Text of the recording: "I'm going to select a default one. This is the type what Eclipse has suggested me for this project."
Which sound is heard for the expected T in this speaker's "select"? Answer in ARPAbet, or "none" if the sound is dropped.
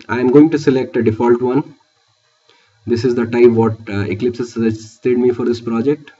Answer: T